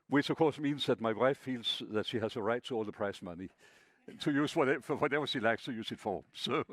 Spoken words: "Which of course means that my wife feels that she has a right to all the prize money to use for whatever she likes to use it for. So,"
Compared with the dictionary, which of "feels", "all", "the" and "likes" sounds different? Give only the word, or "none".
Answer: none